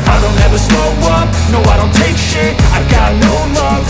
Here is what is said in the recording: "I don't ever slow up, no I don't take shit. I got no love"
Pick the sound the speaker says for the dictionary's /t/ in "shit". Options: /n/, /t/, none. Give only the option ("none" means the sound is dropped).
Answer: none